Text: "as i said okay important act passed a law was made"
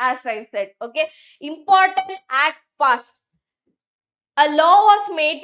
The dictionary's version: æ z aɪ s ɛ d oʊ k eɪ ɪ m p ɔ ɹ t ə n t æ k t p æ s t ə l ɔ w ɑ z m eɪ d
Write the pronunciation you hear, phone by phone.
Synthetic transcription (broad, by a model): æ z aɪ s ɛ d oʊ k eɪ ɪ m p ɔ ɹ t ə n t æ t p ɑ s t ə l ɔ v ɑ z m eɪ d